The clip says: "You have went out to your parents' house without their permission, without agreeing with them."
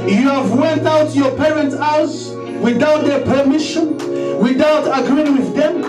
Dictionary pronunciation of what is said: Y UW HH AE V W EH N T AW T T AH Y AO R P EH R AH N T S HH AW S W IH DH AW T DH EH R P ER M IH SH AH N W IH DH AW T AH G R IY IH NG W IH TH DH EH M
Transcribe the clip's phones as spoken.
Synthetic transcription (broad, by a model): Y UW HH AE V W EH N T AW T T Y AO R P EH R AH N T S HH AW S W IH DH AW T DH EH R P ER M IH SH AH N W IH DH AW T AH G R IY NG W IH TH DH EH M